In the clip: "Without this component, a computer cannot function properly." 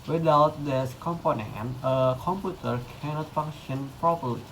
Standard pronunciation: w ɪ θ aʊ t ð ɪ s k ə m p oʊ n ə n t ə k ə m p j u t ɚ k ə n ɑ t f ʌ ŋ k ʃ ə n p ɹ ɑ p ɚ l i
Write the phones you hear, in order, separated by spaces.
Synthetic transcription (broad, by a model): w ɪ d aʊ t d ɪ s k ə m p oʊ n ə n t ə k ə m p j u t ɚ k ə n ɑ t f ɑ ŋ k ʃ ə n p ɹ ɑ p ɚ l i